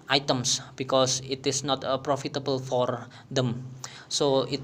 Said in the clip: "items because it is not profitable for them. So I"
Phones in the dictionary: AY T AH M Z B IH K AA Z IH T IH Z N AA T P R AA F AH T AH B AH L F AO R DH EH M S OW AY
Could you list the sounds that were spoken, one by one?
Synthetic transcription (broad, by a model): AY T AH M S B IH K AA S IH T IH S N AA T P R AA F AH T AH B AH L F AO R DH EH M S OW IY